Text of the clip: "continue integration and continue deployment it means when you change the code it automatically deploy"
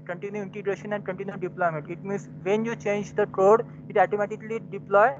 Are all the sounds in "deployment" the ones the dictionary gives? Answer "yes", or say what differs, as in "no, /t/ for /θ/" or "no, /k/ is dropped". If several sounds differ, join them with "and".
no, /n/ is dropped